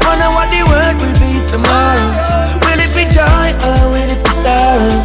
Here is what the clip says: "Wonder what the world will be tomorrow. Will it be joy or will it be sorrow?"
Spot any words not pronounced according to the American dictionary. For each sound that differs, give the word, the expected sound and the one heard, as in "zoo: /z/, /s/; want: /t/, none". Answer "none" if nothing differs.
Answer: world: /l/, none